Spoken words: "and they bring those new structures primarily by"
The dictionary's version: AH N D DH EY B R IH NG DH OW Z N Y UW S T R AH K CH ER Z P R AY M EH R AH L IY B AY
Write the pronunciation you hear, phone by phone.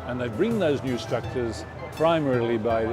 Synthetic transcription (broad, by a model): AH N DH EY B R IH NG DH OW Z N Y UW S T R AH K CH ER Z P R AY M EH R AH L IY B AY